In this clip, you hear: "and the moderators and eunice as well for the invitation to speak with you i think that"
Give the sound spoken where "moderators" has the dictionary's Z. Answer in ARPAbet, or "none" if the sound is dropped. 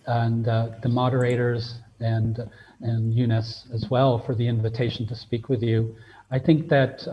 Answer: Z